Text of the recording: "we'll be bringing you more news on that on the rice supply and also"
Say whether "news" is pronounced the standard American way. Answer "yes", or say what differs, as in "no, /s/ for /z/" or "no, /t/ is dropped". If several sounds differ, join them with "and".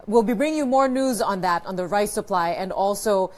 yes